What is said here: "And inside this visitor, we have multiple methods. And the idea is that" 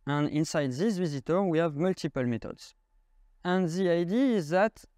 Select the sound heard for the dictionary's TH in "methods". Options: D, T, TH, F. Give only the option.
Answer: T